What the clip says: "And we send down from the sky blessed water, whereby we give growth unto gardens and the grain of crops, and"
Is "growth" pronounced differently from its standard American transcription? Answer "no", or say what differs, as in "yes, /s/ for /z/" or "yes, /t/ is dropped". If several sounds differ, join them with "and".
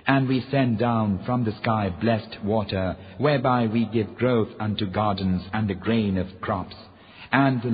no